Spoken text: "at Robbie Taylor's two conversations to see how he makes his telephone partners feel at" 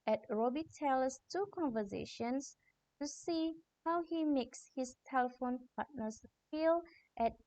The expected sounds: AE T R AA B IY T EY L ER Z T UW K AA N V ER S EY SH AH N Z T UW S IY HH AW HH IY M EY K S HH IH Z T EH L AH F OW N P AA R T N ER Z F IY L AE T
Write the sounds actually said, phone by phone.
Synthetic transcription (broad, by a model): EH T R AA B IY T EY L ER S T UW K AA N V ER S EY SH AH N S T UW S IY HH AW HH IY M EY K S HH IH S T EH L AH F OW N P AA T N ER S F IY L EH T